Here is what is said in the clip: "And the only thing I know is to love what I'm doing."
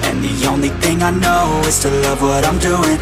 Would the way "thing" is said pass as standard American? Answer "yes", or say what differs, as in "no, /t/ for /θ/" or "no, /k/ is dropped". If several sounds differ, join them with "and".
yes